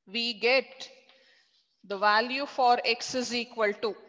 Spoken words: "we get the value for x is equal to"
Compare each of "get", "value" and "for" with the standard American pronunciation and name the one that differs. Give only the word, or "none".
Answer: none